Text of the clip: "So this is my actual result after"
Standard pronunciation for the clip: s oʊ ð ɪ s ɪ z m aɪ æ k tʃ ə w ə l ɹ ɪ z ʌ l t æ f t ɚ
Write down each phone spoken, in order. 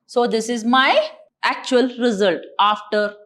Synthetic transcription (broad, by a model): s oʊ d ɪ s ɪ z m aɪ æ k tʃ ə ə l ɹ ɪ z ʌ l t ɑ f t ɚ